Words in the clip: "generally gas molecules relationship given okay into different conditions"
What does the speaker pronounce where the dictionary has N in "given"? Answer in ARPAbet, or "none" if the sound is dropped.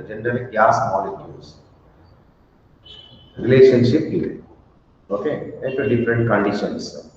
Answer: none